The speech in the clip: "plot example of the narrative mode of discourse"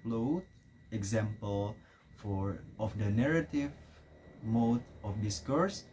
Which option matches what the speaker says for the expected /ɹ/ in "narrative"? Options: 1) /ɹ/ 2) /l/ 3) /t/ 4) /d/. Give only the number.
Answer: 1